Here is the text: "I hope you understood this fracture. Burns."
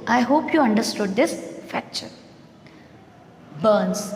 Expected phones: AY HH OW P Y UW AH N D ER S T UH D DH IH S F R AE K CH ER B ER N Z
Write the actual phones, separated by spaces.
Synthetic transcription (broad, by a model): AY HH OW P Y UW AH N D ER S T UH D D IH S F AE K CH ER B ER N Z